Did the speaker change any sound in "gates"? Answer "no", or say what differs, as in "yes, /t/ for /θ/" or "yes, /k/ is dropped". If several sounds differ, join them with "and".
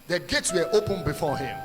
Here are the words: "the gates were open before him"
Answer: no